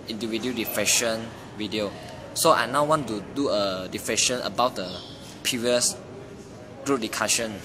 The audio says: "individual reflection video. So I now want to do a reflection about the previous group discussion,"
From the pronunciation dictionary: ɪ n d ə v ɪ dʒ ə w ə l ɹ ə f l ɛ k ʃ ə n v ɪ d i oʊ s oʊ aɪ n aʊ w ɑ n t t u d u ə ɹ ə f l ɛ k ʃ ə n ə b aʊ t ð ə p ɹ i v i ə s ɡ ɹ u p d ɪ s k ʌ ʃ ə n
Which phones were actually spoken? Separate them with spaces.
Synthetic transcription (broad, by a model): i n d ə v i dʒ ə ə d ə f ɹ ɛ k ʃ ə n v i d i oʊ s oʊ aɪ n aʊ w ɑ n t t u d u ə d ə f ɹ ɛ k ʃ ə n ə b aʊ t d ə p i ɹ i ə s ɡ ɹ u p d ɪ k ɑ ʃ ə n